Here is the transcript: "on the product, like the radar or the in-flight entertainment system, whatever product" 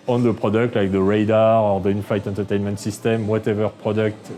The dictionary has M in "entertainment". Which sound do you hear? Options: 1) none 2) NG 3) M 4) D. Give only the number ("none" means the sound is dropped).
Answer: 3